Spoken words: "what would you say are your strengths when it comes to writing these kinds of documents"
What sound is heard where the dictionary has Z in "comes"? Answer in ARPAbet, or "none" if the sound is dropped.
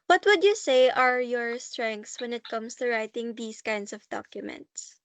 S